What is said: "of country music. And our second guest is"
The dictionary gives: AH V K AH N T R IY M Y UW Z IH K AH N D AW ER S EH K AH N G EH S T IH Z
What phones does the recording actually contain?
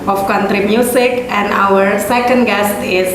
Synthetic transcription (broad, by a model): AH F K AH N T R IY M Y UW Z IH K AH N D AW ER S EH K AH N G EH S T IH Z